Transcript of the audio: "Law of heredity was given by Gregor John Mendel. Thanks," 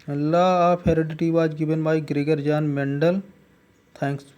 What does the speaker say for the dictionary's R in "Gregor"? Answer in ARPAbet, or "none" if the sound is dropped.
R